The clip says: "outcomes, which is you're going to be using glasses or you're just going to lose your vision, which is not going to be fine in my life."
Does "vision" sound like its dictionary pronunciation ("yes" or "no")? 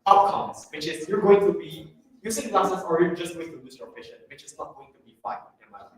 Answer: no